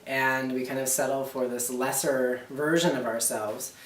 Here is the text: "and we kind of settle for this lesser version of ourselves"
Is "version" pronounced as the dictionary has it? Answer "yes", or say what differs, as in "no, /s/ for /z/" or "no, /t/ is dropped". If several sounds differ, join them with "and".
yes